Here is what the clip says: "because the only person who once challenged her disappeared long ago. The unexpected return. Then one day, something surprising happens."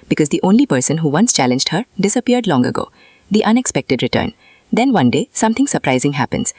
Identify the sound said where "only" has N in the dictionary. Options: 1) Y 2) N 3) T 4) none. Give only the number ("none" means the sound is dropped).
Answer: 2